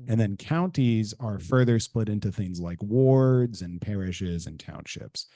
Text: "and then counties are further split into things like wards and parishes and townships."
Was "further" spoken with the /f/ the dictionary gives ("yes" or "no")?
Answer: yes